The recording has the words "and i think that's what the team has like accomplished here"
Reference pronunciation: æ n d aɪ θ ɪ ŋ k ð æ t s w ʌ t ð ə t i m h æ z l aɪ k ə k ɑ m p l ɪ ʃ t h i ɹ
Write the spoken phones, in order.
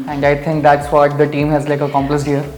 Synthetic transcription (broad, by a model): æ n d aɪ t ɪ ŋ k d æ t s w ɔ t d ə t i m h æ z l aɪ k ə k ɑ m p l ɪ s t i ɹ